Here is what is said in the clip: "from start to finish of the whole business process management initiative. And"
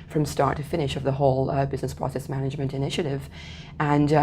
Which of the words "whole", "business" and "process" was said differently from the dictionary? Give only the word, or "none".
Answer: none